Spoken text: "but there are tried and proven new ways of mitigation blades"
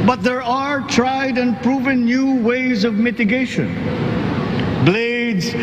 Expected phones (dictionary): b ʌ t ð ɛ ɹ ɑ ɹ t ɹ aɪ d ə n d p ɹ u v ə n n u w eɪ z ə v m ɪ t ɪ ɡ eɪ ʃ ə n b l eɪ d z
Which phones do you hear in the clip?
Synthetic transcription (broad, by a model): b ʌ t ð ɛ ɹ ɑ ɹ t ɹ aɪ d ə n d p ɹ u v ə n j u w eɪ z ə v m ɪ t ɪ ɡ eɪ ʃ ə n b l eɪ d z